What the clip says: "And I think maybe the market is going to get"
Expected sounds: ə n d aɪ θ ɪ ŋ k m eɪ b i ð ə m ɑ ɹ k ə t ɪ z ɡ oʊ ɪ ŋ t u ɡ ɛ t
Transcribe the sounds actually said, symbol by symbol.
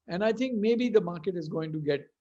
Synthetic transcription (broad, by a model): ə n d aɪ t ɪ ŋ k m eɪ b i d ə m ɑ ɹ k ə t ɪ z ɡ oʊ ɪ ŋ t u ɡ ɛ t